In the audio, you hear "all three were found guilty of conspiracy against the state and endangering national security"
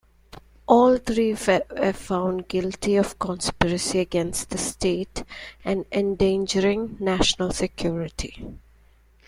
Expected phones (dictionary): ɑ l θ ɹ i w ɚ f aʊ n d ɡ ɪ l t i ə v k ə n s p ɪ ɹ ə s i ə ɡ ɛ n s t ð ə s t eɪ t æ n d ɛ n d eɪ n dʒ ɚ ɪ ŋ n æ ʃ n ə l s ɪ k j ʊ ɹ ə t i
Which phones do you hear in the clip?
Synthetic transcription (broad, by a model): ɑ l t ɹ i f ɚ f aʊ n d ɡ ɪ l t i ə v k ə n s p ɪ ɹ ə s i ə ɡ ɛ n s t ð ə s t eɪ t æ n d ɛ n d eɪ n dʒ ɚ ɪ ŋ n æ ʃ n ə l s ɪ k j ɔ ɹ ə t i